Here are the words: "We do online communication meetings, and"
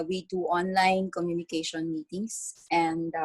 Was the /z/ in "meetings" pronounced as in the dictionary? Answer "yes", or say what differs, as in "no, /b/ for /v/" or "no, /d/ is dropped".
no, /s/ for /z/